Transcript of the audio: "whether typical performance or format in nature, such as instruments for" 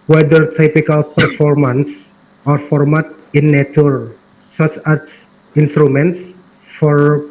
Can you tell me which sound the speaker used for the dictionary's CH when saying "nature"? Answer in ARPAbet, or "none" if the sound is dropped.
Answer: S